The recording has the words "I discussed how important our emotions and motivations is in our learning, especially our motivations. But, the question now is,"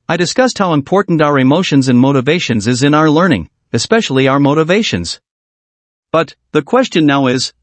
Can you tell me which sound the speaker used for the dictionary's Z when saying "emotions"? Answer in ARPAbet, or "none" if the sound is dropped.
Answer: Z